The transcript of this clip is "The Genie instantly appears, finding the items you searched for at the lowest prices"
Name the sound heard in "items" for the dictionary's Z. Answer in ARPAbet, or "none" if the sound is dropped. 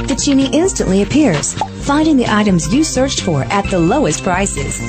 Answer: Z